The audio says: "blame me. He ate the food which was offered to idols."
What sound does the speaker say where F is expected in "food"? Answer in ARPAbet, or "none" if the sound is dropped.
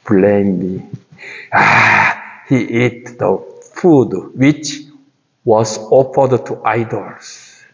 F